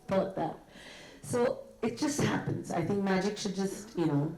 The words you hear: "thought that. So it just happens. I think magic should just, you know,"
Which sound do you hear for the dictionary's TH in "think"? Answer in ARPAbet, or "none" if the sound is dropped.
TH